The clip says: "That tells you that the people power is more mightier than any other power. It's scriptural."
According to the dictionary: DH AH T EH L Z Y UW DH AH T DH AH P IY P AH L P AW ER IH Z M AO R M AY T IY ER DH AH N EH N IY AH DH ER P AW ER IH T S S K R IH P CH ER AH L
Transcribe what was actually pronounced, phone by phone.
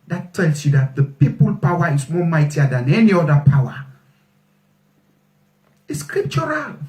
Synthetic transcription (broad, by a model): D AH T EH L S Y UW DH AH T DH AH P IY P AH L P AW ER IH S M AO M AY T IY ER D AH N EH N IY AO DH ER P AW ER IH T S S K R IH P CH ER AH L